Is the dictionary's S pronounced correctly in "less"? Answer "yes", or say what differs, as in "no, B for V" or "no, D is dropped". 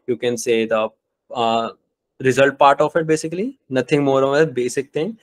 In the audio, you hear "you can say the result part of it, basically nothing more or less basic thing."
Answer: no, S is dropped